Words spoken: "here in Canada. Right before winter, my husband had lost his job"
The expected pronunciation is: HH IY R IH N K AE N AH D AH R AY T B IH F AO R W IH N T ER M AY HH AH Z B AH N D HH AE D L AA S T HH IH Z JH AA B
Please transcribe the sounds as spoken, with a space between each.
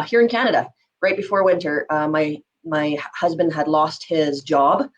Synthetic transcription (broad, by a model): HH IY R IH N K AE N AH D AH R AY T B IH F AO R W IH N T ER M AY HH AH Z B AH N D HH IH D L AA S T HH IH Z JH AA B